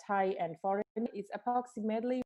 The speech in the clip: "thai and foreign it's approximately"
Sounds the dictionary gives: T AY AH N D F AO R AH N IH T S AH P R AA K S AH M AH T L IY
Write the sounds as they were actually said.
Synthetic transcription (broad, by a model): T AY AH N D F AO R AH N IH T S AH P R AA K S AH M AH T L IY